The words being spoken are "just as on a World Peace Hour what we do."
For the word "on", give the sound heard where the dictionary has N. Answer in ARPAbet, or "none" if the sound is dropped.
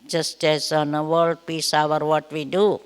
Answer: N